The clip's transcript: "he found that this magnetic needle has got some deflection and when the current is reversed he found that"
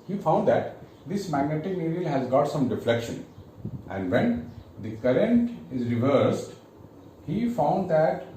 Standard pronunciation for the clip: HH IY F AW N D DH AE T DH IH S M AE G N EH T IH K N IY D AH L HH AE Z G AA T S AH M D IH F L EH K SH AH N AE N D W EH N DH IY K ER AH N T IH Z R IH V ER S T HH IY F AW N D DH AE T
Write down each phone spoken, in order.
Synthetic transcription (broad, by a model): HH IY F AW N D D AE T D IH S M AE G N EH T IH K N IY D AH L HH AE Z G AA T S AH M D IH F L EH K SH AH N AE N D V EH N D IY K ER AH N T IH Z R IH V ER S T HH IY F AW N D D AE T